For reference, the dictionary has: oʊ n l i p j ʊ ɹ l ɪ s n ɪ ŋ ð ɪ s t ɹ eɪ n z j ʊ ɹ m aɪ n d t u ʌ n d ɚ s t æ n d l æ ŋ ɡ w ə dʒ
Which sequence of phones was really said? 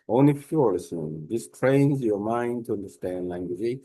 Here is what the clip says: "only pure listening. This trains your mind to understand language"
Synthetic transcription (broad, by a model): oʊ n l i f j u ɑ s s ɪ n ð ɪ s t ɹ eɪ n z j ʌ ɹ m aɪ n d t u ʌ n d ɚ s t æ n d l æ ŋ ɡ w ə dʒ